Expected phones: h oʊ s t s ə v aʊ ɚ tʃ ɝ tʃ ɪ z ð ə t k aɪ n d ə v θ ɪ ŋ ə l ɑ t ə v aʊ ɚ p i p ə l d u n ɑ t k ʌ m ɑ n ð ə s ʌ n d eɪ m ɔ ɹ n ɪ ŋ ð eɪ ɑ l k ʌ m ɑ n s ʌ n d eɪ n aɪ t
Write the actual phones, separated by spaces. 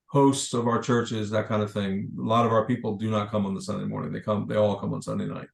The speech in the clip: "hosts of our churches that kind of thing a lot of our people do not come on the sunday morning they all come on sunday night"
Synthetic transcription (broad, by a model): h oʊ s t s ə v aʊ ɚ tʃ ɝ tʃ ɪ z ð ə t k aɪ n d ə v θ ɪ ŋ ə l ɑ t ə v aʊ ɚ p i p l d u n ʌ t k ʌ m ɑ n ð ə s ʌ n d eɪ m ɔ ɹ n ɪ ŋ ð eɪ ɑ l k ʌ m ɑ n s ʌ n d eɪ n aɪ t